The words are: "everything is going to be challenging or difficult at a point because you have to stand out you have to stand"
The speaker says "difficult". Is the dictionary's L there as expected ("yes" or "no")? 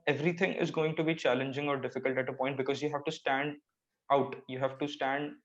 yes